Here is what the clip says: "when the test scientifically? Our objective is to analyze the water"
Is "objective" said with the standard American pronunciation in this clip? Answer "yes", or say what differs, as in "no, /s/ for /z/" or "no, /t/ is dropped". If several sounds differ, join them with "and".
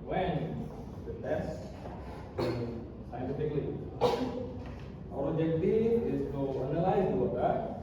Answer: no, /b/ is dropped and /v/ is dropped